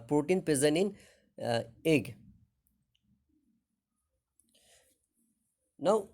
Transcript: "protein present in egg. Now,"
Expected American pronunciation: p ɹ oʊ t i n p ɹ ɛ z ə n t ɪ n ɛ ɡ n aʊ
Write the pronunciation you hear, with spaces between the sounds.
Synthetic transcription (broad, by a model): p ɹ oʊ t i n p ɹ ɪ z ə n ɪ n ɛ ɡ n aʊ